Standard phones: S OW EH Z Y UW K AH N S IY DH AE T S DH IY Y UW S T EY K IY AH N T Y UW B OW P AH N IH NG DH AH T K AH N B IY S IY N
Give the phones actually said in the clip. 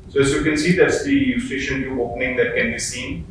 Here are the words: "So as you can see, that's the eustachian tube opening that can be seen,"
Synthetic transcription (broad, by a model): S OW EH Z Y UW K AH N S IY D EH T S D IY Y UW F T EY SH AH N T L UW OW P AH N IH NG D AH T K AH N B IY S IY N